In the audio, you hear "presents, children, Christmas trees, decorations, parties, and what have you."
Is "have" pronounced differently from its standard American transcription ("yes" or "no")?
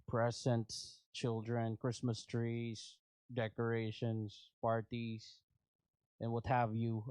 no